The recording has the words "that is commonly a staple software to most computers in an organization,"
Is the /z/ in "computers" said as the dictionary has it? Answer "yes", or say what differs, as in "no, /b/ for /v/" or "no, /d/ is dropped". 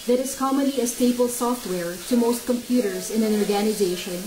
yes